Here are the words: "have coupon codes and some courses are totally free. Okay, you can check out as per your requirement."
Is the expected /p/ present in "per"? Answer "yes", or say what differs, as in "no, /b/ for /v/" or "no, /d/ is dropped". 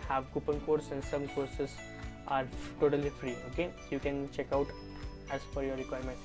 no, /f/ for /p/